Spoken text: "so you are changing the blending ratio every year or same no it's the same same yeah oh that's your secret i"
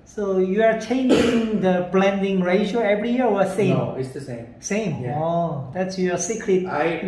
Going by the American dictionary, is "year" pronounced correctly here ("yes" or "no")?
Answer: no